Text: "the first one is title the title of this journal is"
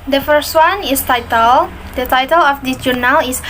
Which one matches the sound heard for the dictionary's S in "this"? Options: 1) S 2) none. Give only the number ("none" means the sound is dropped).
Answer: 2